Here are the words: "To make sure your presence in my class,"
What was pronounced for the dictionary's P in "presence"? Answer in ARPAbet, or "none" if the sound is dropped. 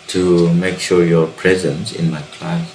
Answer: P